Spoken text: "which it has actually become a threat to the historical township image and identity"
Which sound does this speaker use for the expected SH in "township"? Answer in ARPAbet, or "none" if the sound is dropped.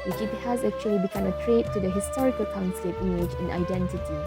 S